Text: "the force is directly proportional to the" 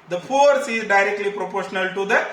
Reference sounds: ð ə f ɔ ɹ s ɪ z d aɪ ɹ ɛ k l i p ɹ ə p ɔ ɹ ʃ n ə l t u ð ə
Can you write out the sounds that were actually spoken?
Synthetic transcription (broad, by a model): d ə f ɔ ɹ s ɪ z d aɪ ɹ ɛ k l i p ɹ ə p ɔ ɹ ʃ n ə l t u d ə